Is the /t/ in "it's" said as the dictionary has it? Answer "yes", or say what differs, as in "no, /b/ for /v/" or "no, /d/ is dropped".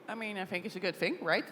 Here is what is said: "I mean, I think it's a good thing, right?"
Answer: yes